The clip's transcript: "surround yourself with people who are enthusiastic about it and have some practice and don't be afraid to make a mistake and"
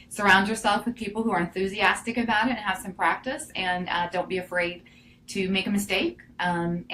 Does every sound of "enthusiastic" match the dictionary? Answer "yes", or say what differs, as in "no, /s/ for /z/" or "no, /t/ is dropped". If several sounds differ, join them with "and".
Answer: yes